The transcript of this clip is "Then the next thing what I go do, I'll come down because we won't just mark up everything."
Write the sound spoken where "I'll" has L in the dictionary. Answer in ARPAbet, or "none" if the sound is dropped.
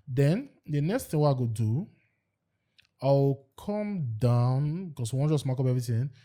W